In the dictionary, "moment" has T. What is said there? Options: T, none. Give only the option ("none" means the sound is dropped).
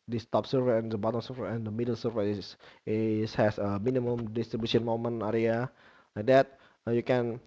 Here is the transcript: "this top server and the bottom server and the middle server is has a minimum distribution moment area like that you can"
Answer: none